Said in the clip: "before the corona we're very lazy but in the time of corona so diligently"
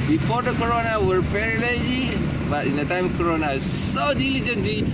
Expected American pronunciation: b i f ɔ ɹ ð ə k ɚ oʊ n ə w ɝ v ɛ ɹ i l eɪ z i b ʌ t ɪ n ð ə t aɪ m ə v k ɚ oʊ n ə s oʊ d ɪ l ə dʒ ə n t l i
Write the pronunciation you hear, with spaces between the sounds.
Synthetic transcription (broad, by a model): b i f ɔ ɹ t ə k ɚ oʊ n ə w ɝ p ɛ ɹ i l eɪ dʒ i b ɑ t ɪ n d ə t aɪ m k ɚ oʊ n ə s oʊ d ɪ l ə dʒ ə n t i